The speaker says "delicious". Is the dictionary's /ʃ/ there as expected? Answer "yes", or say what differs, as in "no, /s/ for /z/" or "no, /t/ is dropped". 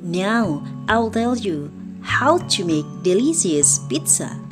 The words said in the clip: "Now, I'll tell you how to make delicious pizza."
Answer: no, /s/ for /ʃ/